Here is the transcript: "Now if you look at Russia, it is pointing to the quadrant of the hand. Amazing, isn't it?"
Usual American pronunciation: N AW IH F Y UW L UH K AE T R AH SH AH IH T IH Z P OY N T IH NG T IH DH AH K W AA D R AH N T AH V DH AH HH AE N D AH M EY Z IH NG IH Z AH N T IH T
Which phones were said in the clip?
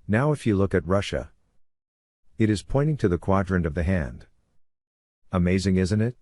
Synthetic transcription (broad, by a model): N AW IH F Y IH L UH K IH T R AH SH AH IH T IH Z P OY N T IH NG T IH DH AH K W AA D R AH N AH V DH AH HH AE N D AH M EY Z IH NG IH Z AH N T IH T